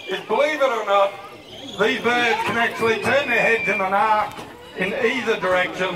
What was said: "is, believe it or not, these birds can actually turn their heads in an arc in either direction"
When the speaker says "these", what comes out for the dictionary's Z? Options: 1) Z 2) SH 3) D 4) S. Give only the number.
1